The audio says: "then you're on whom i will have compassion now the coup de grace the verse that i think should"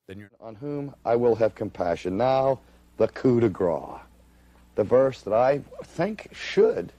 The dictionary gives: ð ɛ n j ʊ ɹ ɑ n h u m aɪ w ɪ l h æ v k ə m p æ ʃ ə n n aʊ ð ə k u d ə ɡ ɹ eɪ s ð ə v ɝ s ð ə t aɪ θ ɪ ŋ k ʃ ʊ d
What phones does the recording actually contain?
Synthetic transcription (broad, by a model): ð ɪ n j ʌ ɹ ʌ n h u m aɪ w ɪ l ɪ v k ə m p æ ʃ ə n n aʊ ð ə k u d ə ɡ ɹ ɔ ð ə v ɝ s ð ə t aɪ θ ɪ ŋ k ʃ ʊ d